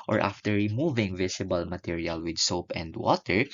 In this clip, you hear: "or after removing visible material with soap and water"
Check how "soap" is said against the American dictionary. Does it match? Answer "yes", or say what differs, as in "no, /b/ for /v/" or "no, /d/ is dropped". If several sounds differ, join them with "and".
yes